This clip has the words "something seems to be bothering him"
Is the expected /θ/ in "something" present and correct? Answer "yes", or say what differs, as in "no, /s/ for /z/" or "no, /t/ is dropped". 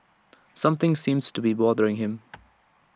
yes